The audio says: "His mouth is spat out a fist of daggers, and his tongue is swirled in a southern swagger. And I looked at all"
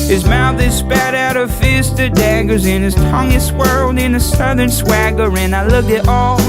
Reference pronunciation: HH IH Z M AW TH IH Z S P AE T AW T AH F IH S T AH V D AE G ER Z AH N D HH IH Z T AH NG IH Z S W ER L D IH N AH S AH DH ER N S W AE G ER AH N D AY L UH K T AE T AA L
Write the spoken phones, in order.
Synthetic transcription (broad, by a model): HH IH Z M AW TH IH Z S P AE T AW T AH F IH S T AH D AE G ER Z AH N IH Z T AH NG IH S W ER L D IH N AH S AH DH ER N S W AE G ER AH N AY L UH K IH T AA L